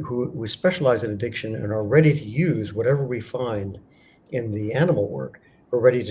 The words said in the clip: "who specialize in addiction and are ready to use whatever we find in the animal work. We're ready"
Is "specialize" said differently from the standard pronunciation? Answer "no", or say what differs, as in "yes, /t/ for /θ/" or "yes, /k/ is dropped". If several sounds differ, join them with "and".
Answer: no